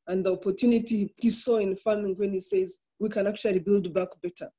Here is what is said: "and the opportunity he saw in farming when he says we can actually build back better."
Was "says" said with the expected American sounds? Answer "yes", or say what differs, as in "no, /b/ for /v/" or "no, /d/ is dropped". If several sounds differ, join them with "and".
yes